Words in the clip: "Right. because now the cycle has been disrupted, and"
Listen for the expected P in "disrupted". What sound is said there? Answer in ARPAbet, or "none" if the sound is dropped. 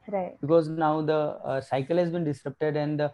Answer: P